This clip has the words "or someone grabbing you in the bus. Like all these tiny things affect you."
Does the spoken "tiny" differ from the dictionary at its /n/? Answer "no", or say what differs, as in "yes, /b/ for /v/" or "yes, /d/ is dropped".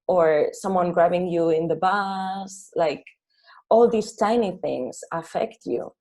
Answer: no